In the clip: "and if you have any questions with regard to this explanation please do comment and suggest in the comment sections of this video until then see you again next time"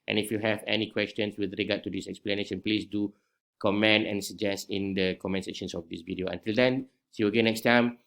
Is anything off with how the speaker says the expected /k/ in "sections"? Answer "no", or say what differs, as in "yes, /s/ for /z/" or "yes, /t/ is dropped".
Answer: yes, /k/ is dropped